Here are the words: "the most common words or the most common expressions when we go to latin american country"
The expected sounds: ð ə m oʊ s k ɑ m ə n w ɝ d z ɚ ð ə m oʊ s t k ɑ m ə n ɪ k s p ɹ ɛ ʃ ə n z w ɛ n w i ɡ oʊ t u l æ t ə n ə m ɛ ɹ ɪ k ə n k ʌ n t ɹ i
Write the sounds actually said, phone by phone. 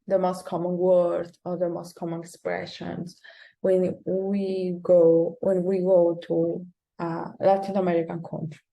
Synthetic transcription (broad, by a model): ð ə m oʊ s k ɑ m ə n w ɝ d ɚ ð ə m oʊ s t k ɑ m ə n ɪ k s p ɹ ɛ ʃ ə n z w ɛ n w i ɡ oʊ t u l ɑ t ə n ə m ɛ ɹ ɪ k ə n k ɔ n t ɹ